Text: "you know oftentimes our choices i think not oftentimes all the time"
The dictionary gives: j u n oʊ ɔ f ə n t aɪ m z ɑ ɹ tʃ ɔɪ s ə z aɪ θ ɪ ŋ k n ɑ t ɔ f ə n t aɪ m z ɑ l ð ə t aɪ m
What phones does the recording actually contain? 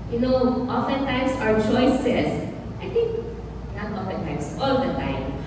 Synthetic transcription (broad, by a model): j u n oʊ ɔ f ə n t aɪ m s ɑ ɹ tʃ ɔɪ s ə s aɪ t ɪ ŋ k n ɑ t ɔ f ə n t aɪ m s ɑ l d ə t aɪ m